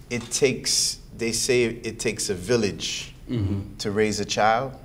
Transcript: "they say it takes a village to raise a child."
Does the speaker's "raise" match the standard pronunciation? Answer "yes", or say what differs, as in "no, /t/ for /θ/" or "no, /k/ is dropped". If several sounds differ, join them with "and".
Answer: yes